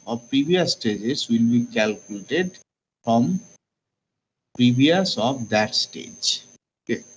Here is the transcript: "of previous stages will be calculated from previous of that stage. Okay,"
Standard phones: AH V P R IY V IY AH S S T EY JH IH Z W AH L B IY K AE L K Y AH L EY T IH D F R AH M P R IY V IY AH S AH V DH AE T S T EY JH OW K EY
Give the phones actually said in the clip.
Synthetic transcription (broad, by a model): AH P R IY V IY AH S S T EY JH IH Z W AH L B IY K AE L K Y AH L EY T IH D F R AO M P R IY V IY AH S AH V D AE T S T EY JH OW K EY